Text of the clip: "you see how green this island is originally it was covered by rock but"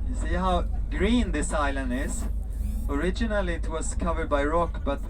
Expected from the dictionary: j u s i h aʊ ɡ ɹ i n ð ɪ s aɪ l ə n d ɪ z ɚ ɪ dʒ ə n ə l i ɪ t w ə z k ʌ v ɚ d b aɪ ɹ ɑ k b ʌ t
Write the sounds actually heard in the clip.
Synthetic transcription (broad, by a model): j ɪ s i h aʊ ɡ ɹ i n ð ɪ s aɪ l ə n d ɪ z ɚ ɪ dʒ ə n ə l i ɪ t w ə z k ʌ v ɚ d b aɪ ɹ ɑ k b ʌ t